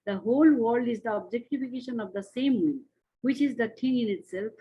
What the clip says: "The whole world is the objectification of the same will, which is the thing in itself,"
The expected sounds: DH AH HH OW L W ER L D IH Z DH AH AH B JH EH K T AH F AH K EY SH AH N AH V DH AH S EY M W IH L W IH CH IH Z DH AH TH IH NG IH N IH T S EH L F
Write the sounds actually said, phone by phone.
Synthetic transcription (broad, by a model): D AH HH OW L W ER L D IH Z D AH AH B JH EH K T AH F AH K EY SH AH N AH V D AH S EY M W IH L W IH CH IH Z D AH T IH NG IH N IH T S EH L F